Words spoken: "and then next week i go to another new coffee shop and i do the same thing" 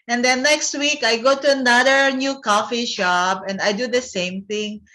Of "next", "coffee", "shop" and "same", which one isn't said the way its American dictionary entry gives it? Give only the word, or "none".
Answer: shop